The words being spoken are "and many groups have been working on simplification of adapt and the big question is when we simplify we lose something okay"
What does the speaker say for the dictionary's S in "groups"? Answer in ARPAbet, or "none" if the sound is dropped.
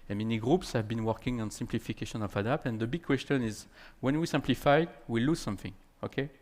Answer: S